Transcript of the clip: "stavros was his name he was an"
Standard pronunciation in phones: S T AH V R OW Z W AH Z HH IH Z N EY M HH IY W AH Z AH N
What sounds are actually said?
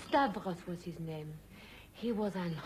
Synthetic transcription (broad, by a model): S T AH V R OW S W AH Z HH IH Z N EY M HH IY W AH Z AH N